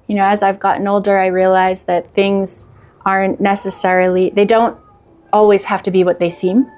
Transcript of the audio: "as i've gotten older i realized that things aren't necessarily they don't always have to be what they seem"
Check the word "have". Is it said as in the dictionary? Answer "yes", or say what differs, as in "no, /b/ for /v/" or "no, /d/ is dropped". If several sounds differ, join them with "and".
no, /f/ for /v/